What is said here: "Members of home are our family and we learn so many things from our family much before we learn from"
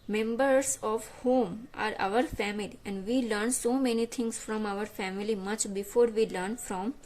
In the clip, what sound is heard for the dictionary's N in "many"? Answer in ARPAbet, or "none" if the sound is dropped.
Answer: N